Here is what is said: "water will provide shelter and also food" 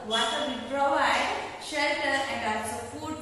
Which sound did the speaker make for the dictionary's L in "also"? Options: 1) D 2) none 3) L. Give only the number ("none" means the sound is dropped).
2